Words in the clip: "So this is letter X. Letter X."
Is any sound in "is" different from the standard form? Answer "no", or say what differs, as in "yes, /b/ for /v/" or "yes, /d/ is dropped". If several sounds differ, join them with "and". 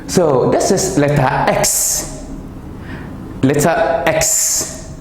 yes, /s/ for /z/